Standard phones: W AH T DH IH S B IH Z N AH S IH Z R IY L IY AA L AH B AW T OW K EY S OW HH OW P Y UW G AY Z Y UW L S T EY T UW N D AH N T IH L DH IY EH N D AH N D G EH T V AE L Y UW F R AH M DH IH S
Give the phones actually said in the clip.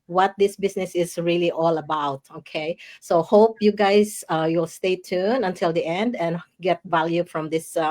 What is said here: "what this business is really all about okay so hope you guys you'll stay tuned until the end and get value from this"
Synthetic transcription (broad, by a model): W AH T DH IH S B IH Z N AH S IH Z R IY L IY AA L AH B AW T OW K EY S OW HH OW P Y UW G AY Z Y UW L S T EY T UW N AH N T IH L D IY EH N D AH N G EH T V AE L Y UW F R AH M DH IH S